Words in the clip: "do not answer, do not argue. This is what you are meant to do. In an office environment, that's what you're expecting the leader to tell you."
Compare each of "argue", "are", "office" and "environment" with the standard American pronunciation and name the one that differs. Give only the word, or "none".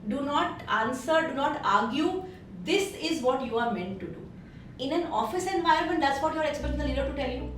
environment